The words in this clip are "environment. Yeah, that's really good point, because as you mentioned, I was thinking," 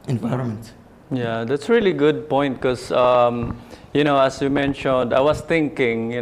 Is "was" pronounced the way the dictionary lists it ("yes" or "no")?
no